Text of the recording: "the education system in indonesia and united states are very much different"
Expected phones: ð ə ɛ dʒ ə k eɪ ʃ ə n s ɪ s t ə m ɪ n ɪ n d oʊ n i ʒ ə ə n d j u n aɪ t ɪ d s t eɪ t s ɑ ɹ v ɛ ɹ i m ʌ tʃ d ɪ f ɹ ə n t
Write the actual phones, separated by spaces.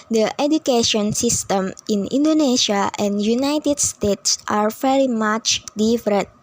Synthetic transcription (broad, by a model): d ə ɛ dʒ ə k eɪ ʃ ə n s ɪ s t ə m ɪ n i n d oʊ n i ʃ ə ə n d j u n aɪ t ɪ d s t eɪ t s ɑ ɹ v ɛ ɹ i m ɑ tʃ d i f ɹ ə n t